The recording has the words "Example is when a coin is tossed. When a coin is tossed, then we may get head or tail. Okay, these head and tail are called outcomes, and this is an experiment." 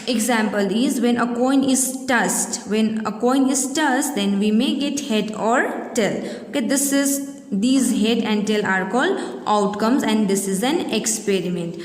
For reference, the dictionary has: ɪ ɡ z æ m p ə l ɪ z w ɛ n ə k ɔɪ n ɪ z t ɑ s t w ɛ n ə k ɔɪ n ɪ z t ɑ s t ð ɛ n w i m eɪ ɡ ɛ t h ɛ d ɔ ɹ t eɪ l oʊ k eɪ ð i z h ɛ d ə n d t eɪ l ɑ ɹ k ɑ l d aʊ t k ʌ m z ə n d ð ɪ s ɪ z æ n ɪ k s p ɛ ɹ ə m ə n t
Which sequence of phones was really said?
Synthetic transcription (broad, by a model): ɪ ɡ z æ m p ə l ɪ z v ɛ n ə k ɔɪ n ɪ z t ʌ s t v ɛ n ə k ɔɪ n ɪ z t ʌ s t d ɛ n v i m eɪ ɡ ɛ t h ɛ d ɔ ɹ t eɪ l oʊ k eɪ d i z h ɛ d ə n d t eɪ l ɑ ɹ k ɑ l d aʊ t k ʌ m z ə n d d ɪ s ɪ z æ n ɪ k s p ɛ ɹ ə m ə n t